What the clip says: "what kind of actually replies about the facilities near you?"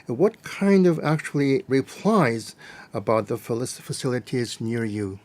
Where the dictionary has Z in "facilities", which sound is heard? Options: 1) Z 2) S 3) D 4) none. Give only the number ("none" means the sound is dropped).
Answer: 1